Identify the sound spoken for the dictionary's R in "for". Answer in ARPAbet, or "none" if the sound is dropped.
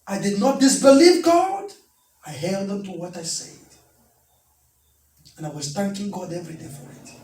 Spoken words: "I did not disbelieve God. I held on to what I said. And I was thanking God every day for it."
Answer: R